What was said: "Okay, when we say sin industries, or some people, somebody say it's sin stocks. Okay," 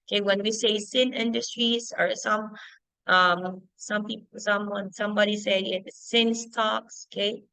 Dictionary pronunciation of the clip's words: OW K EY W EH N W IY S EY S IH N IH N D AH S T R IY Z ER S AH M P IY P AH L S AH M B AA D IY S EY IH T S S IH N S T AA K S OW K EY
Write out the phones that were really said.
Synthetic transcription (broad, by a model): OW K EY W EH N W IY S EY S IH N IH N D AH S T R IY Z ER S AH M P IY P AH N S AH M B AA D IY S EY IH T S S IH N S T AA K S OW K EY